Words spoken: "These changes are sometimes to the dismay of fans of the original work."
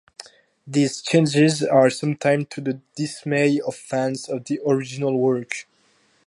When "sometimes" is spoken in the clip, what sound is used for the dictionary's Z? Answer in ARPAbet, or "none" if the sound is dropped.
none